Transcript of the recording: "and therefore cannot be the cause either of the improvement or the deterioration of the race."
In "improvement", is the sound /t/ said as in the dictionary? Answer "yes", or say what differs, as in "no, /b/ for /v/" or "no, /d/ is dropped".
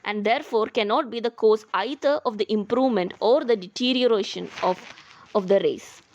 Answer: yes